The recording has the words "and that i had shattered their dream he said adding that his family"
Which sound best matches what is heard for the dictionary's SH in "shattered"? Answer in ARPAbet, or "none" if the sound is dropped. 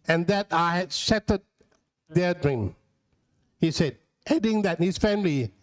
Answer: S